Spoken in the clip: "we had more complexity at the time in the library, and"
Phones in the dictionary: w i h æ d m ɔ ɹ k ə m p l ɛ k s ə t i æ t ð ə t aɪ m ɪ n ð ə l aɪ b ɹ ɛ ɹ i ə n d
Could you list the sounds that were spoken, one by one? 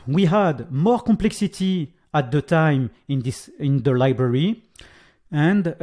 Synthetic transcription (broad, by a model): w i h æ d m ɔ ɹ k ə m p l ɛ k s ə t i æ t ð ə t aɪ m ɪ n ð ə l aɪ b ɹ ɛ ɹ i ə n d